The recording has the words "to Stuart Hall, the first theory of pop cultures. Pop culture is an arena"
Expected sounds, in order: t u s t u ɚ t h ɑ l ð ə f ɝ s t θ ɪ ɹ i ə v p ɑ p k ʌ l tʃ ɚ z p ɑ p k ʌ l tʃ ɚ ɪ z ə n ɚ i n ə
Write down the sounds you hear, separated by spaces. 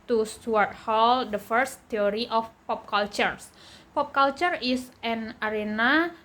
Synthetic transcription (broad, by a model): t u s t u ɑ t h ɑ l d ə f ɝ s t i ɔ ɹ i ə f p ɑ p k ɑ l tʃ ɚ s p ɑ p k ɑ l tʃ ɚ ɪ s ə n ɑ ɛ n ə